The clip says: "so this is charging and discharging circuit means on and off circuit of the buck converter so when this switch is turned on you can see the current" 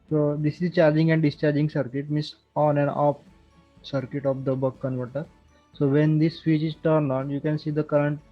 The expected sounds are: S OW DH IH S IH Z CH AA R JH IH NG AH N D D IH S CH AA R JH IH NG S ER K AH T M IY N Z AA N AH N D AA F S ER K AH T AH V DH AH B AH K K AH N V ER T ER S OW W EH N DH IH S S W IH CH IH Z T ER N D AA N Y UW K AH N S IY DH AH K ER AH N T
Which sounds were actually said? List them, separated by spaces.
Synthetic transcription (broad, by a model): S OW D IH S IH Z CH AA R JH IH NG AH N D D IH S CH AA R JH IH NG S ER K AH T M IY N S AA N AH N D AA P S ER K AH T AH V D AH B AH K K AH N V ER T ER S OW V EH N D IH S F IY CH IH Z T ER N AA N Y UW K AH N S IY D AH K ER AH N T